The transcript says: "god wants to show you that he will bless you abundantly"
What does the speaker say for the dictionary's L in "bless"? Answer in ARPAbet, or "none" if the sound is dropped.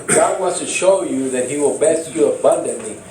none